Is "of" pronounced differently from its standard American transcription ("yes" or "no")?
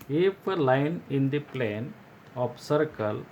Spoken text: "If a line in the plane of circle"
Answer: yes